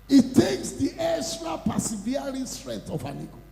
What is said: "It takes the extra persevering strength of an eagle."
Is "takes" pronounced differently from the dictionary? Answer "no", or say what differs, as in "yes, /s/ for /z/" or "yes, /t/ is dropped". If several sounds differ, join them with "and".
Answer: no